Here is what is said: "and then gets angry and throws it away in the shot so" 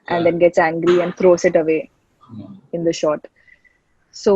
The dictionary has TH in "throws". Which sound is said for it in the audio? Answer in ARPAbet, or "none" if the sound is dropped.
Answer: T